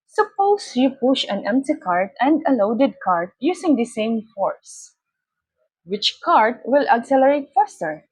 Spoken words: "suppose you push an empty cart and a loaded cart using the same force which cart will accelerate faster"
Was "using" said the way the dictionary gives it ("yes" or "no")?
no